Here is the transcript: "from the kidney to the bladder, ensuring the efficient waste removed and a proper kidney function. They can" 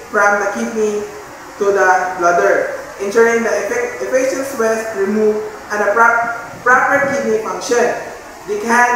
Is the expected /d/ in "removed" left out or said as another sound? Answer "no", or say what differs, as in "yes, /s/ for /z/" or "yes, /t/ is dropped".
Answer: yes, /d/ is dropped